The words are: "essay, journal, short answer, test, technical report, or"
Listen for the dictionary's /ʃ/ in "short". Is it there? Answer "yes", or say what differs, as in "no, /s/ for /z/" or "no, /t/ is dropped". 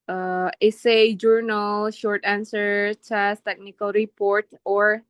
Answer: yes